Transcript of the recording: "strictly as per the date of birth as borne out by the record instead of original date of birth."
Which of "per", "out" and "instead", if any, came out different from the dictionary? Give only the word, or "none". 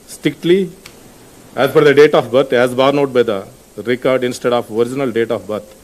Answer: per